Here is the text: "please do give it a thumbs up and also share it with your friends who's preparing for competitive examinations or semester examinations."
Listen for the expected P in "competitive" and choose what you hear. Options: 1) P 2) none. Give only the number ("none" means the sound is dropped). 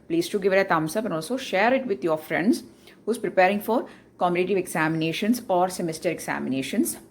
2